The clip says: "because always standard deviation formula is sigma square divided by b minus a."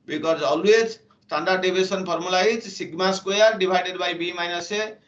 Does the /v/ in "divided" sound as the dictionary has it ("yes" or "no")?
no